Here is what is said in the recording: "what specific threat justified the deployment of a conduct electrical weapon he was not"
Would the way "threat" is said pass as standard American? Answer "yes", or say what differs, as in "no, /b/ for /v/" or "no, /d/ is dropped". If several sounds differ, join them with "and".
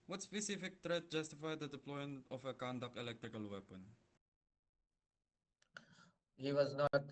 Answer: no, /t/ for /θ/